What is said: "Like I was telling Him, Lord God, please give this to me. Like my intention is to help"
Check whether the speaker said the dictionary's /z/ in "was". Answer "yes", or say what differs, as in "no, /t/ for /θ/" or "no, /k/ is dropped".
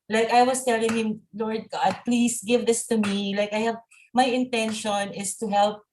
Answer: no, /s/ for /z/